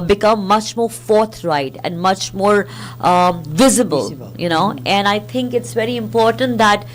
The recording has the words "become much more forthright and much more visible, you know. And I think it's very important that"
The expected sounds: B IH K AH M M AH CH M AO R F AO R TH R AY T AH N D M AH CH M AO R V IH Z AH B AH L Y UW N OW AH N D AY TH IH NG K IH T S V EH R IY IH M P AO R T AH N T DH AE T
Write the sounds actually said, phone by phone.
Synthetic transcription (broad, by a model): B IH K AH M M AH CH M AO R F AO R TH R AY T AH N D M AH CH M AO R V IH Z AH B AH L Y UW N OW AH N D AY T IH NG K IH T S V EH R IY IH M P AO R T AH N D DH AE T